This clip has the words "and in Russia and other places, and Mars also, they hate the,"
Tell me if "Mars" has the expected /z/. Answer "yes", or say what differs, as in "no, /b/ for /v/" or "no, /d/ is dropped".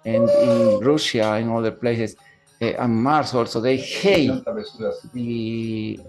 no, /s/ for /z/